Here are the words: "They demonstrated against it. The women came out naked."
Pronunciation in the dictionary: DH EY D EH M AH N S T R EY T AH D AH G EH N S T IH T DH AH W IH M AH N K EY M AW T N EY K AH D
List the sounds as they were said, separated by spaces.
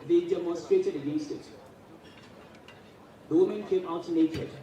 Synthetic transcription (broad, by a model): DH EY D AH M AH S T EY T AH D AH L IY S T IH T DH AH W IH M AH N K EY M AW T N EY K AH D